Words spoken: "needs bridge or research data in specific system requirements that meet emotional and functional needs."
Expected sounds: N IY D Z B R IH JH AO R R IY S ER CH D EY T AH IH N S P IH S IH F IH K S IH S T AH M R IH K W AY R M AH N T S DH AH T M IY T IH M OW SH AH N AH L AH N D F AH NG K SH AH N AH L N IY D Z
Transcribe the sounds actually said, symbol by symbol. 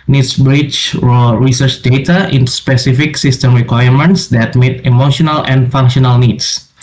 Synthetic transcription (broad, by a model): N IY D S B R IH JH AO L R IY S ER CH D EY T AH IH N S P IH S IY F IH K S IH S T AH M R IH K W AY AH M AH N T S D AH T M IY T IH M OW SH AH N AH L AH N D F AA NG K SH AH N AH L N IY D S